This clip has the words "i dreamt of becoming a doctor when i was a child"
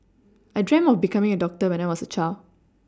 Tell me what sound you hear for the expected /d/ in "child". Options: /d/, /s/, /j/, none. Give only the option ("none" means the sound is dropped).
none